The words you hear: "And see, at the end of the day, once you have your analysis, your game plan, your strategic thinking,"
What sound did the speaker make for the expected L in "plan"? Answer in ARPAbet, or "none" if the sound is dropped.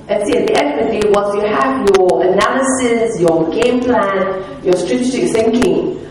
L